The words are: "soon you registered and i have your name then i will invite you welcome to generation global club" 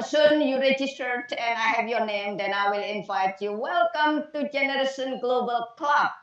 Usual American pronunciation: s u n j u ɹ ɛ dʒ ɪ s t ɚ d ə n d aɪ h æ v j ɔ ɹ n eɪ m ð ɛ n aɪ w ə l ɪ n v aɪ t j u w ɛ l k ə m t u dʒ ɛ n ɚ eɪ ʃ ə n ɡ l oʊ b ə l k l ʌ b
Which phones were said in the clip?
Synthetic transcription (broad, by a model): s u n j u ɹ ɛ dʒ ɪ s t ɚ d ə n aɪ h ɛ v j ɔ n eɪ m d ɛ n aɪ w ə l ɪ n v aɪ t j u w ɛ l k ə m t u dʒ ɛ n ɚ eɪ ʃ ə n ɡ l oʊ b ə l k l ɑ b